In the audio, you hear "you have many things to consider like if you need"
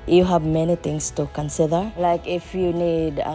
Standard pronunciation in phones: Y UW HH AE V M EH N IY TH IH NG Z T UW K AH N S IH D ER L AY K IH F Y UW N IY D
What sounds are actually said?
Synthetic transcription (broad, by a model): Y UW HH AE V M EH N IY T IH NG S T UW K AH N S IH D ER L AY K IH F Y UW N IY D